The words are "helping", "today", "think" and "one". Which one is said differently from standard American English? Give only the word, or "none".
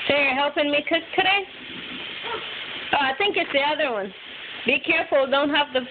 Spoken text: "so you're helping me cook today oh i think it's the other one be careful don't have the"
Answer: none